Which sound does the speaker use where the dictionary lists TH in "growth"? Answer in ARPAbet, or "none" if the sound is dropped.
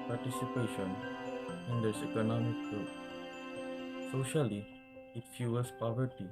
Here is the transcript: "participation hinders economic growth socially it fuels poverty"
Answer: T